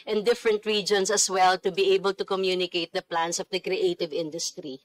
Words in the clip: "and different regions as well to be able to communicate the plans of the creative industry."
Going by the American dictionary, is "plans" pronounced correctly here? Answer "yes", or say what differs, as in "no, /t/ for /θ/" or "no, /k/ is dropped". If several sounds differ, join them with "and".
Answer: no, /s/ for /z/